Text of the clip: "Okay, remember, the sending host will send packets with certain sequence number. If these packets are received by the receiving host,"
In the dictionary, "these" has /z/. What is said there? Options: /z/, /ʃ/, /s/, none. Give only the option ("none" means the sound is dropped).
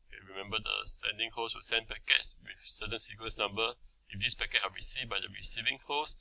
/s/